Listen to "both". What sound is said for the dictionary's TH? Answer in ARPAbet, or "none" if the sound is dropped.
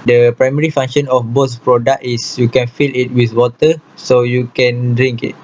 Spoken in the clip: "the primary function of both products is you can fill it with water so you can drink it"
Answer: S